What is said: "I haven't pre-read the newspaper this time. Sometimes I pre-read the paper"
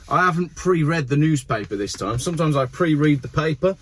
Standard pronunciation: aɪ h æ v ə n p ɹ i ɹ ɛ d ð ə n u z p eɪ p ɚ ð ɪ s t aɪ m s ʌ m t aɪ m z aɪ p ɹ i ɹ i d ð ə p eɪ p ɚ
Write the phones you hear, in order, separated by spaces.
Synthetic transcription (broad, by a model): aɪ h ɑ v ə n p ɹ i ɹ ɛ d ð ə n u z p eɪ p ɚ ð ɪ s t aɪ m s ʌ m t aɪ m z aɪ p ɹ i ɹ i d ð ə p eɪ p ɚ